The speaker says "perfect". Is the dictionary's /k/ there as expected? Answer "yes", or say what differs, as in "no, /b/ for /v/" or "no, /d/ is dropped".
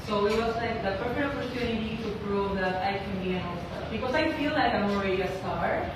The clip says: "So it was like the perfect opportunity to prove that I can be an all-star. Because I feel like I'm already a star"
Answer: no, /k/ is dropped